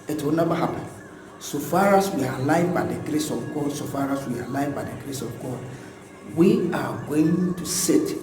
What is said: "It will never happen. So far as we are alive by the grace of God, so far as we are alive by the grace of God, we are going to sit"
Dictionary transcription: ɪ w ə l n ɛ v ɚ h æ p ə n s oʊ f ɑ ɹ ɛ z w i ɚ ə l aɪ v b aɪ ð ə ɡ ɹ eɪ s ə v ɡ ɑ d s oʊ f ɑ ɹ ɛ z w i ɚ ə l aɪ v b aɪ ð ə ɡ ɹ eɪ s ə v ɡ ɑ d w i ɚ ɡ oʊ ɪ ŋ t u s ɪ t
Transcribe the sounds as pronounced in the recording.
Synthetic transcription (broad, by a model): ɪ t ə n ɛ b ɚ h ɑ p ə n s oʊ f ɑ ɹ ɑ s w i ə l aɪ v b aɪ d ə ɡ ɹ eɪ s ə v ɡ ɑ d s oʊ f ɑ ɹ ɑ s w i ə l aɪ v b aɪ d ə ɡ ɹ eɪ s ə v ɡ ɑ d w i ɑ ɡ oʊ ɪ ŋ t u s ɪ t